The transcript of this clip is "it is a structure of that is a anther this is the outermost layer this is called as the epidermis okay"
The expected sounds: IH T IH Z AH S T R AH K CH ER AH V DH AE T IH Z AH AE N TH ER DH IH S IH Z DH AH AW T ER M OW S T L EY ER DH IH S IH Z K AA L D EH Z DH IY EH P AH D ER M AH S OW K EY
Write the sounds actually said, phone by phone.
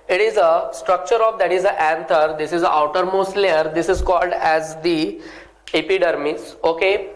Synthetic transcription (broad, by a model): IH T IH Z AH S T R AH K CH ER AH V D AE T IH Z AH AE N T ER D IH S IH Z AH AW T ER M OW S T L EY ER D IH S IH Z K AA L D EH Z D IY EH P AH D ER M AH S OW K EY